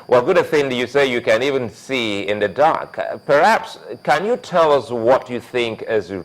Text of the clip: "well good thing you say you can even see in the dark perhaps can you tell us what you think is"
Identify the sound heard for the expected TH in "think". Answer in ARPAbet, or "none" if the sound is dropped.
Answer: TH